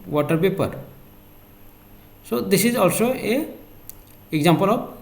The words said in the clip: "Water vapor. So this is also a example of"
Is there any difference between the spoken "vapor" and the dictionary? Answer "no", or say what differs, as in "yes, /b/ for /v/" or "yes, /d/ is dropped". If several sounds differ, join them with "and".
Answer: yes, /p/ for /v/